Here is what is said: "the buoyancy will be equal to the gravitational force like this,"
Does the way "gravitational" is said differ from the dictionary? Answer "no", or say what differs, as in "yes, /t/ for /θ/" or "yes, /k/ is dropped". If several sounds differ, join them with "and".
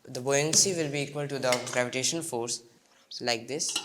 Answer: yes, /n/ is dropped and /n/ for /l/